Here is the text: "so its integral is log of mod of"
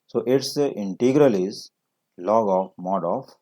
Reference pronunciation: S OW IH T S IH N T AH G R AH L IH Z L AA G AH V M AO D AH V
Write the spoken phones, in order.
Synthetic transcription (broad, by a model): S OW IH T S IH N T AH G R AH L IH Z L AA G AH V M AO D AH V